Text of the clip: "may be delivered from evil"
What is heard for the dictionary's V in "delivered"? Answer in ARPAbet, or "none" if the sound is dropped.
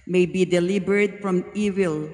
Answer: B